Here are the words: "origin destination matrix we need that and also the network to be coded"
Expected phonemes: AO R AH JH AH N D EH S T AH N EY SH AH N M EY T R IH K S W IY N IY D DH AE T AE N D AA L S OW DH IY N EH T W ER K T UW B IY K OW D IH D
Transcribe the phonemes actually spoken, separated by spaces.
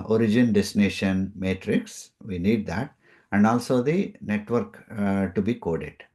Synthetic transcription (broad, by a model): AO R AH JH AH N D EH S T N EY SH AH N M EY T R IH K S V IY N IY D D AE T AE N D AA L S OW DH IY N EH T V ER K T UW B IY K OW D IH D